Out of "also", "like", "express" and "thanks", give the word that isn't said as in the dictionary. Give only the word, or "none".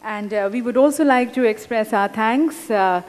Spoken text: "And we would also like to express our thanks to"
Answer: thanks